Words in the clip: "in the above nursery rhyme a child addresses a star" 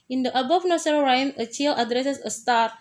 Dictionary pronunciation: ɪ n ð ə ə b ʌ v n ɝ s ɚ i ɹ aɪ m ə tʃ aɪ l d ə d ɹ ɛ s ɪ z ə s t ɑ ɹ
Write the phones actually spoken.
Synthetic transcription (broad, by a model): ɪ n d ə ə b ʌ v n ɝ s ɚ ɹ aɪ m ə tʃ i l ə d ɹ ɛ s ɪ s ə s t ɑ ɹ